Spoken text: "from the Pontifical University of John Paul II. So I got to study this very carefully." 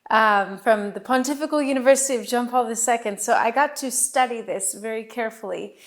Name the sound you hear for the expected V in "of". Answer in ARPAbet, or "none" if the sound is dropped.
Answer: V